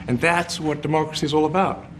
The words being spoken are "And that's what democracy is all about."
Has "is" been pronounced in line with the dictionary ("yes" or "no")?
yes